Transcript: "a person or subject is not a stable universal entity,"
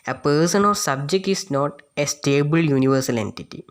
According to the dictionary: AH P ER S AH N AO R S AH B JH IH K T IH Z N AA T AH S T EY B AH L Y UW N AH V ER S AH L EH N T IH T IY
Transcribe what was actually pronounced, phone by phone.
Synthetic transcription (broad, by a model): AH P ER S AH N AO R S AH B JH IH K T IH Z N AA T AH S T EY B AH L Y UW N AH V ER S AH L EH N T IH T IY